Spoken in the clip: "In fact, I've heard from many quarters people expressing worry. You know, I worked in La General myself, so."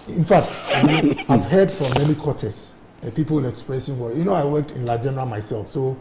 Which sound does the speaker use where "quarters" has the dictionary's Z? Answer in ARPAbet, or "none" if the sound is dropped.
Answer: S